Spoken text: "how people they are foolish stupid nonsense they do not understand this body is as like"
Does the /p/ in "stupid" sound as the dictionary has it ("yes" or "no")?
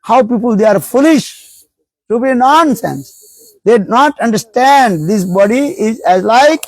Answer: no